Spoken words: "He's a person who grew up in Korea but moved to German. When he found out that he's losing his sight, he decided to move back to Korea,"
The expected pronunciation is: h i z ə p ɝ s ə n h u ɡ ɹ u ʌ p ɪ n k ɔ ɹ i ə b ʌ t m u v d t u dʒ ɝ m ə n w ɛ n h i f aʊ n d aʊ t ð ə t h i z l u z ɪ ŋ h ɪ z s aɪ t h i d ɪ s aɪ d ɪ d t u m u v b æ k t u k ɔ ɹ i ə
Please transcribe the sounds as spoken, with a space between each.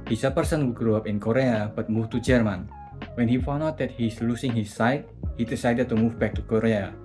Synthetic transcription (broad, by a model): h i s ə p ɝ s ə n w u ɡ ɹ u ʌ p ɪ n k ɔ ɹ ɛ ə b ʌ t m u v t u dʒ ɝ m ə n w ɛ n h i f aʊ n aʊ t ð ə t h i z l u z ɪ ŋ h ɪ s aɪ t h i d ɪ s aɪ d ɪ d t u m u v b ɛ k t u k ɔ ɹ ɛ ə